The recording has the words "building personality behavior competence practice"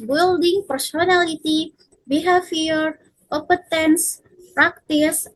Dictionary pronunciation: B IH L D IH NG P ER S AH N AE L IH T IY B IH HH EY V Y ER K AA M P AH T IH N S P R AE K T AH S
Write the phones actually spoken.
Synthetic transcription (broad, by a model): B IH L D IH NG P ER S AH N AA L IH T IY B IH HH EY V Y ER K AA P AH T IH N S P R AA K T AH S